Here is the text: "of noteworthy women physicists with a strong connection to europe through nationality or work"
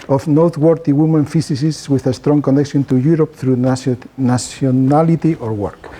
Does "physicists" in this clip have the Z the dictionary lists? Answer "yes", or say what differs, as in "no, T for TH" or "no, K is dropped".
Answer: no, S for Z